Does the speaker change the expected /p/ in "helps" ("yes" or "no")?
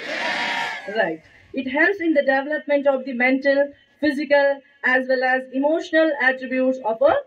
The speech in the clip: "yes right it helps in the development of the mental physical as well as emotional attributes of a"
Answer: yes